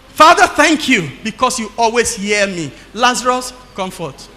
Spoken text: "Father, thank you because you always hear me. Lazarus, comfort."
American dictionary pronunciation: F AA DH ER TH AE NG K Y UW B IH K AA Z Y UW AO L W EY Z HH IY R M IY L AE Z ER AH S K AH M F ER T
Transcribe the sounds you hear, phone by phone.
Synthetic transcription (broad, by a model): F AA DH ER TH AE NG K Y UW B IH K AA S Y UW AO L W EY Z HH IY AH M IY L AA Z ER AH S K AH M F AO T